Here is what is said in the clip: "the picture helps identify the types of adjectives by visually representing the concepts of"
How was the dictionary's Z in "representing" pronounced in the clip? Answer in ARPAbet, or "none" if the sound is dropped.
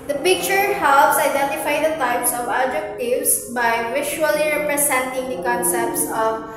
S